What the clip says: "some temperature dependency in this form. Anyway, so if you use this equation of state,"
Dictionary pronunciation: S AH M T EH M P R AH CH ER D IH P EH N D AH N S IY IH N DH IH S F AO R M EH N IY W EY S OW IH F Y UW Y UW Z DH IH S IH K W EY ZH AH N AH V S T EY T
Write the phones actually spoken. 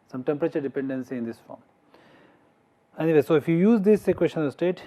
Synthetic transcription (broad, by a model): S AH M T EH M P R AH CH ER D IH P EH N D AH N S IY IH N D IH S F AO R M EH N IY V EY S OW IH F Y UW Y UW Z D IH S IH K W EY SH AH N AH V S T EY T